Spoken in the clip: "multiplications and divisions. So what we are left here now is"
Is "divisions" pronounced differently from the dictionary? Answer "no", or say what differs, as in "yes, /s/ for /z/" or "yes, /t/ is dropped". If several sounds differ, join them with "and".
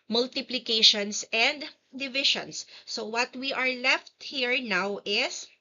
yes, /ʃ/ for /ʒ/